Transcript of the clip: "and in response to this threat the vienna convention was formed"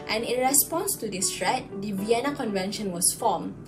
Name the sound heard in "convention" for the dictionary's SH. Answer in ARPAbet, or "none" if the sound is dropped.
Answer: SH